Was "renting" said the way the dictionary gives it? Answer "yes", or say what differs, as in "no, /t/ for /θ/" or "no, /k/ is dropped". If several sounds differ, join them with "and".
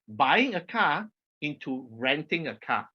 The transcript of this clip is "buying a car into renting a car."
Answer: yes